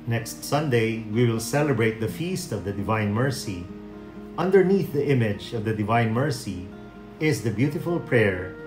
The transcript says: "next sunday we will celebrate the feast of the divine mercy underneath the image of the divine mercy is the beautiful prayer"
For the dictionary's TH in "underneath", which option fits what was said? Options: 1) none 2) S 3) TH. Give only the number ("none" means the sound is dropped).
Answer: 3